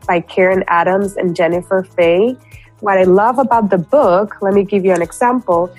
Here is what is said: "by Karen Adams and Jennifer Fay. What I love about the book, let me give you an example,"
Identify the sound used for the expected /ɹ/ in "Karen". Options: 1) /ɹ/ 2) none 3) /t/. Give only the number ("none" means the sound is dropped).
1